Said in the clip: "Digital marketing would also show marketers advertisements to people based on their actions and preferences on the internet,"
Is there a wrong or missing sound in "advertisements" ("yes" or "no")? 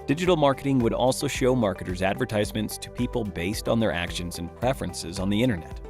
no